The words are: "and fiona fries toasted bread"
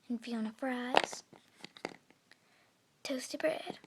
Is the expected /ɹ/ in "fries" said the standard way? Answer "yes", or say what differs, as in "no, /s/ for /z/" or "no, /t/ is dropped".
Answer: yes